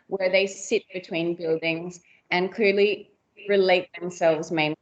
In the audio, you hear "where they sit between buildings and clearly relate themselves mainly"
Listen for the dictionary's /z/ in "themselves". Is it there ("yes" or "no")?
yes